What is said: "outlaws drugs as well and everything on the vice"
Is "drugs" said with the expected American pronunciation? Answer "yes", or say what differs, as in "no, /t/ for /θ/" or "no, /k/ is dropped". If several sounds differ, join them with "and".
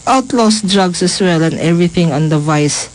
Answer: no, /s/ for /z/